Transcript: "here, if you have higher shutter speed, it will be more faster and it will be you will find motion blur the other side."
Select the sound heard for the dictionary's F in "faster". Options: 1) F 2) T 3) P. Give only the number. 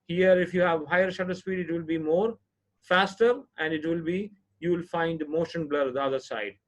1